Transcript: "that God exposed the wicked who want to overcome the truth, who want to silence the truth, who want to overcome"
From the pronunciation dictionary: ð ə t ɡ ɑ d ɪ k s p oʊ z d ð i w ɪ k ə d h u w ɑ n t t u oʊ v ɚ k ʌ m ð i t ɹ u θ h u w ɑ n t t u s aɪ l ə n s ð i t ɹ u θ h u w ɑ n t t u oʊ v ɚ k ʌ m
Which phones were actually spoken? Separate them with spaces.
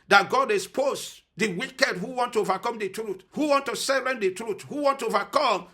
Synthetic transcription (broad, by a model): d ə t ɡ ɑ d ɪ s p oʊ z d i w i k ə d h u w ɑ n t t u oʊ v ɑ k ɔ m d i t ɹ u t h u w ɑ n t t u s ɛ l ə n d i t ɹ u t h u w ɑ n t t u oʊ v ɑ k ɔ m